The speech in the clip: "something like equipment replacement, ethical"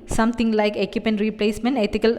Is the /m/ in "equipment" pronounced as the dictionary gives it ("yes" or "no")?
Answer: no